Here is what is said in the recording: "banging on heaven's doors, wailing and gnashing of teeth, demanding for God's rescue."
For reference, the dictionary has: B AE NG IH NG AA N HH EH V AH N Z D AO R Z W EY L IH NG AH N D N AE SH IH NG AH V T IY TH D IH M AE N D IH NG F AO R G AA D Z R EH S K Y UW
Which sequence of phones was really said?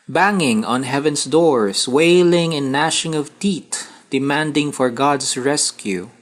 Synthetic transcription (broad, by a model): B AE NG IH NG AA N HH EH V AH N S D AO R S W EY L IH NG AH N N AE SH IH NG AH V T IY T D IH M AE N D IH NG F AO R G AA D S R EH S K Y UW